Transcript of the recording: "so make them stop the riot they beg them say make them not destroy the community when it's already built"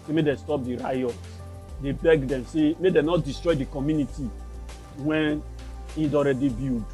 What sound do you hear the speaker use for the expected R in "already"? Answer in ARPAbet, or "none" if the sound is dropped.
R